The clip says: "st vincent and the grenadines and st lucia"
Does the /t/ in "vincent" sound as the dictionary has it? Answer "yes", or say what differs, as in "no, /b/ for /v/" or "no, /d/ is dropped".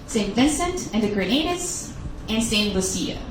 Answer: yes